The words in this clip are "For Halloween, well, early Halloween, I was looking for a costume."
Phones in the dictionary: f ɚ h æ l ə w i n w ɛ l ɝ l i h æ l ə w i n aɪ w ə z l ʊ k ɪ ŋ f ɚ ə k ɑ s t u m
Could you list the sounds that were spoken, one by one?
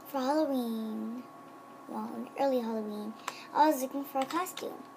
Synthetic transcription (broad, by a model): f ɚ h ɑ l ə w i n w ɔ n ɝ l i h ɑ l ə w i n aɪ w ə z l ʊ k ɪ ŋ f ɚ ə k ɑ s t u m